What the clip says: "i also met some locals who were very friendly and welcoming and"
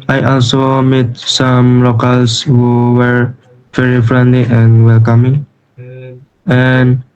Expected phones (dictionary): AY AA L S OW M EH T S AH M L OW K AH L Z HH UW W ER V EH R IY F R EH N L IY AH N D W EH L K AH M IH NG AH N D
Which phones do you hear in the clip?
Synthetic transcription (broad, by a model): AY AA L S OW M EH T S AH M L OW K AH L S HH UW W ER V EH R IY F R EH N L IY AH N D W EH L K AH M IH NG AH N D